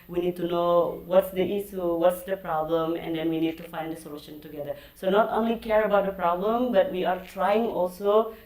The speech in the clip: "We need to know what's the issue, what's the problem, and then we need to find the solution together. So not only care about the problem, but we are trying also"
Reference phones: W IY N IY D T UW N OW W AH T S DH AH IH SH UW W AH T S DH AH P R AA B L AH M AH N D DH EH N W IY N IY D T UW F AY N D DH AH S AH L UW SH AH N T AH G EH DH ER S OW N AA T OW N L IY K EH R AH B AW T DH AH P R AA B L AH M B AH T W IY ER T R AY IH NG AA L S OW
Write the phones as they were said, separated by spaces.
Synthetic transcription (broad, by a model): W IY N IY D T UW N OW W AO T S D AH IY S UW W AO T S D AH P R AA B L AH M AH N D EH N W IY N IY D T UW F AY N D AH S AH L UW SH AH N T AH G EH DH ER S OW N AA T OW N L IY K EH R AH B AW T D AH P R AA B L AH M B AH T W IY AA T R AY IH NG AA L S OW